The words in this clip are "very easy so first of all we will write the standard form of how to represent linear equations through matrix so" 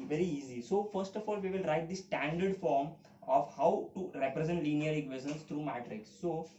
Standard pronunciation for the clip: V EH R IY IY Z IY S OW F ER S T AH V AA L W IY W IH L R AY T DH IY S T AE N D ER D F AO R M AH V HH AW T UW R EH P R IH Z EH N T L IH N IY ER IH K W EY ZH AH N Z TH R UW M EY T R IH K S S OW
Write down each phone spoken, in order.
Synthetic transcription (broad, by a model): V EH R IY IY Z IY S OW F ER S T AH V AA L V IY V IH L R AY T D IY S T AE N D ER D F AO R M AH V HH AW T UW R EH P R IH Z EH N T L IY N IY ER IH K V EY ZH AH N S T R UW M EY T R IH K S S OW